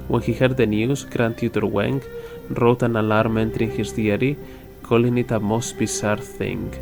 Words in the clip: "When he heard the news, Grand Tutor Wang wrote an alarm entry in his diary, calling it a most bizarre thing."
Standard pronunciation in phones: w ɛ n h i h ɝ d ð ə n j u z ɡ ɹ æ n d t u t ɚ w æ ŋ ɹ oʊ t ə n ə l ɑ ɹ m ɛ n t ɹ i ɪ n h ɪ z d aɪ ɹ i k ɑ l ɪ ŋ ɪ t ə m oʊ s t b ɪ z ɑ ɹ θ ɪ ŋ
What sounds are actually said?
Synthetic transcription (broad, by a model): w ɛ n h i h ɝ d ð ə n j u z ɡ ɹ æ n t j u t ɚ w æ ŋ ɹ oʊ t ə n ə l ɑ ɹ m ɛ n t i ɪ n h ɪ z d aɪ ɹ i k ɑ l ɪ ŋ ɪ t ə m oʊ s t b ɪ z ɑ ɹ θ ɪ ŋ